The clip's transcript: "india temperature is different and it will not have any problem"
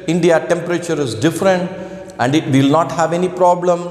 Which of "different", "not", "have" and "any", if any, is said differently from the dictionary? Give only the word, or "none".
none